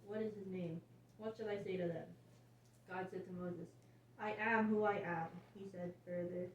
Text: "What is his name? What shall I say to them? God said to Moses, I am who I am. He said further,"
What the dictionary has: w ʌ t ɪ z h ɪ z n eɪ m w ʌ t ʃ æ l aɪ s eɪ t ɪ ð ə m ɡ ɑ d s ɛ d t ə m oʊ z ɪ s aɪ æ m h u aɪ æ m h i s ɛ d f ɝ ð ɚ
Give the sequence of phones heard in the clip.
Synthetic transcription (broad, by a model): w ʌ t ɪ z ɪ z n eɪ m w ʌ t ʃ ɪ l aɪ s eɪ t ɪ ð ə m ɡ ɑ d s ɛ d t ə m oʊ z ɪ s aɪ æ m h u aɪ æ m h i s ɛ d f ɝ ð ɚ